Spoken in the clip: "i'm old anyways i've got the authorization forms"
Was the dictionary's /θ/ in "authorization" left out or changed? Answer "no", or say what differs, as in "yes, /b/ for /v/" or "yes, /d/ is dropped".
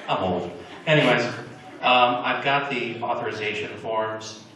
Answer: no